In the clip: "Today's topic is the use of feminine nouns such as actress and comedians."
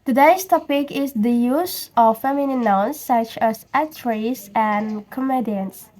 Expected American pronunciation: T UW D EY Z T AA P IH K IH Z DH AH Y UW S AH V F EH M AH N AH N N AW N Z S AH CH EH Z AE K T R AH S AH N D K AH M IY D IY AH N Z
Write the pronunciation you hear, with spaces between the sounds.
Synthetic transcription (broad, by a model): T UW D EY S T AA P IH K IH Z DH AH Y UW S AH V F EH M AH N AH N N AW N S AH CH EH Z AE T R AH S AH N K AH M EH D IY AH N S